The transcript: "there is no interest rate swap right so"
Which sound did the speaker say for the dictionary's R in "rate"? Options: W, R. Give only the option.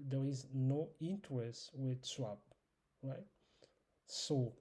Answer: W